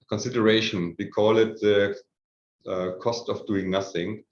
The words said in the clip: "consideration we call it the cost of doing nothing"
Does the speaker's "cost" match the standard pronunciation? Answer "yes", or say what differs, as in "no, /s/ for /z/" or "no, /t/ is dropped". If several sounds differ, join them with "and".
yes